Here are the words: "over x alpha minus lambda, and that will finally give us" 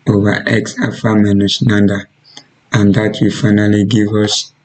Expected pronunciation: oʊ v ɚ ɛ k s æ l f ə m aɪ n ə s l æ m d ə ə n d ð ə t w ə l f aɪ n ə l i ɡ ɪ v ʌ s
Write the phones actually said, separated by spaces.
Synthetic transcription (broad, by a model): oʊ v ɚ ɛ k s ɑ f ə m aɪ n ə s n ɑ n d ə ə n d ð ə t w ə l f aɪ n ə l i ɡ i v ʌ s